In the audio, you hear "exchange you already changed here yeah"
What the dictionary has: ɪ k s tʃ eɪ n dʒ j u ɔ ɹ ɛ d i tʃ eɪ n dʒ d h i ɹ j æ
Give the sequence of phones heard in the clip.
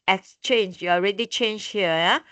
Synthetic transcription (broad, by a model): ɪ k s tʃ eɪ n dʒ j u ɔ ɹ ɛ d i tʃ eɪ n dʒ h i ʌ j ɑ